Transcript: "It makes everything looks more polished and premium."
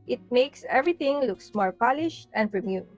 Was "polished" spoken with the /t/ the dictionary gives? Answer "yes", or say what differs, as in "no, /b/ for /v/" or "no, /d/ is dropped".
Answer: yes